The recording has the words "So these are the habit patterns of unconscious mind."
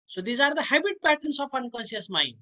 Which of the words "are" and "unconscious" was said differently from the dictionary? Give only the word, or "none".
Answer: unconscious